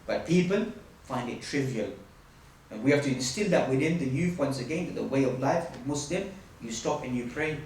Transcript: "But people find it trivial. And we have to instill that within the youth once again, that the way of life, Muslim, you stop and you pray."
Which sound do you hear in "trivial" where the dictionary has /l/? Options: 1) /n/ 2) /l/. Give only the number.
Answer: 2